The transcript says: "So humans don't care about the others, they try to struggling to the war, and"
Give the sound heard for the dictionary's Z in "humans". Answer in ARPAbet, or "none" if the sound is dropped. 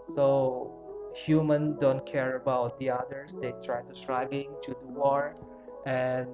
none